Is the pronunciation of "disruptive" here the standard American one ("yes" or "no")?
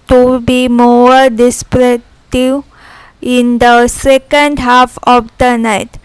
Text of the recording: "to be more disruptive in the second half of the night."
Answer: no